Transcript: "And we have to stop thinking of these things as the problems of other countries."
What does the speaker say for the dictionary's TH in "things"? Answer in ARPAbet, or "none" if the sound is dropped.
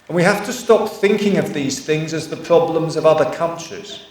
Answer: TH